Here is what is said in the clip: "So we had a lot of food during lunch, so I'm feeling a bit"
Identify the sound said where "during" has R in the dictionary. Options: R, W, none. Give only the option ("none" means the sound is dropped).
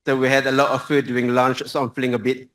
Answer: none